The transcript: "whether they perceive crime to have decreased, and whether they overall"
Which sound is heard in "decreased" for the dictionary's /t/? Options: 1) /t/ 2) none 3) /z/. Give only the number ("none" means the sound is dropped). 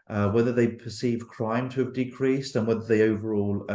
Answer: 1